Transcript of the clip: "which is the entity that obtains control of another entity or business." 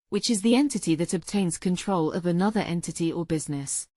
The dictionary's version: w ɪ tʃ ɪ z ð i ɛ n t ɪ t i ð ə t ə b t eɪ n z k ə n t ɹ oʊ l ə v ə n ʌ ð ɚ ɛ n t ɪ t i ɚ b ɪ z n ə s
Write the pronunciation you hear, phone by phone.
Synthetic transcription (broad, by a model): w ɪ tʃ ɪ z ð i ɛ n t ɪ t i ð ə t ə b t eɪ n z k ə n t ɹ oʊ l ə v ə n ʌ ð ɚ ɛ n t ɪ t i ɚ b ɪ z n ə s